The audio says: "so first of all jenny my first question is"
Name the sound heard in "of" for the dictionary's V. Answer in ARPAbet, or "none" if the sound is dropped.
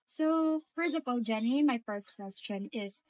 P